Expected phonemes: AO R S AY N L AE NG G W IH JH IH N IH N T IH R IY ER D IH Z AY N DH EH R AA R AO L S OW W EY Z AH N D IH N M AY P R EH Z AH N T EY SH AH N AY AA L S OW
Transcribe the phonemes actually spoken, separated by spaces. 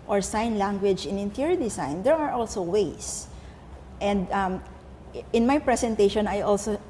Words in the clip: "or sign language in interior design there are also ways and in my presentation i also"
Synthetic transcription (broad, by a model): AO R S AY N L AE NG G W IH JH IH N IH N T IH R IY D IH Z AY N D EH R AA R AO L S OW W EY S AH N D IH N M AY P R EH S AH N T EY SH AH N AY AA L S OW